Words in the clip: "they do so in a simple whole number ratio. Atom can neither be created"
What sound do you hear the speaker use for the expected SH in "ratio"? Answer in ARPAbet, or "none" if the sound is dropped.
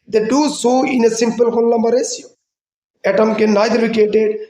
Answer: S